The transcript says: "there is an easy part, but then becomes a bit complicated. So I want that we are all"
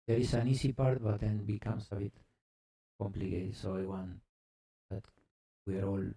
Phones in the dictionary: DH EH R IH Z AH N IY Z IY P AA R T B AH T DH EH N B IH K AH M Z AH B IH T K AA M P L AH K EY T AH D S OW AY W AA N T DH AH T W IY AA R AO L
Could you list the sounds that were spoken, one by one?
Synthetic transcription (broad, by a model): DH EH R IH S AH N IY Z IY P AA R T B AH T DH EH N B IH K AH M S AH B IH T K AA M P L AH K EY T S OW AY W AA N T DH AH T W IY AA R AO L